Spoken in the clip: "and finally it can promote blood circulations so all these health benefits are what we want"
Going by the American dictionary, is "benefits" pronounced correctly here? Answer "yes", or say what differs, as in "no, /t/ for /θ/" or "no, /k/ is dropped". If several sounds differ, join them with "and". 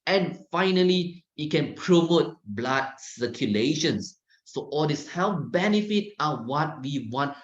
no, /s/ is dropped